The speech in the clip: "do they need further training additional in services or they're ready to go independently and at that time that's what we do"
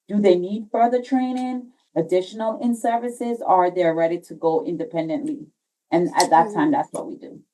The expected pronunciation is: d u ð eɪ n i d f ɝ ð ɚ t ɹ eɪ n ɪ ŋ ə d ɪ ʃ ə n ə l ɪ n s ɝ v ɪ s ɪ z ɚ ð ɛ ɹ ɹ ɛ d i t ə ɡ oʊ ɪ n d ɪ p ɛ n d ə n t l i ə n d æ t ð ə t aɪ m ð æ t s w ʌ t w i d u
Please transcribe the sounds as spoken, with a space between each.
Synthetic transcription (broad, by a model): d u ð eɪ n i d f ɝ ð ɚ t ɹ eɪ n ɪ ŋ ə d ɪ ʃ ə n l ɪ n s ɝ v ɪ s ɪ z ɚ ð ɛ ɹ ɹ ɛ d i t ə ɡ oʊ ɪ n d ɪ p ɛ n d ə n t l i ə n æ t ð ə t aɪ m ð æ t s w ʌ t w i d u